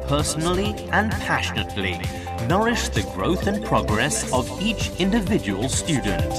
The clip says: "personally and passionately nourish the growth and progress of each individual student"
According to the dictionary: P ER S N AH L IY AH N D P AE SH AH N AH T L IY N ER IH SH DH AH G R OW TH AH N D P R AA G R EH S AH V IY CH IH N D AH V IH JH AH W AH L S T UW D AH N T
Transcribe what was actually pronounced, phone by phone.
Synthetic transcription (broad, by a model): P ER S N L IY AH N P AE SH AH N AH T L IY N ER IH SH DH AH G R OW TH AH N P R AA G R EH S AH V IY CH IH N D AH V IH JH AH W AH L S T UW D N T